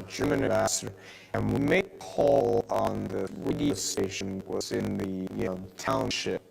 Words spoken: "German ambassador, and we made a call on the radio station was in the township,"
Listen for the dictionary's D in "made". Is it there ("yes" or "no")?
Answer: no